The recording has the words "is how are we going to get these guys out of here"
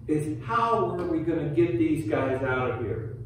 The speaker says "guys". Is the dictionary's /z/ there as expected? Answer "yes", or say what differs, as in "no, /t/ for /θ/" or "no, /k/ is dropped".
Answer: yes